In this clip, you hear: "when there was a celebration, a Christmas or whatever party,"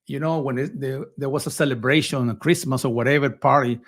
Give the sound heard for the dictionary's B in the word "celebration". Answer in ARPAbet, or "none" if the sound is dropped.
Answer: B